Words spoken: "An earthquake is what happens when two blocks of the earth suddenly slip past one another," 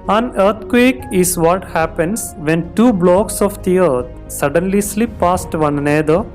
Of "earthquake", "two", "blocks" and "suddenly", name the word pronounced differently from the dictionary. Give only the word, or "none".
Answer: earthquake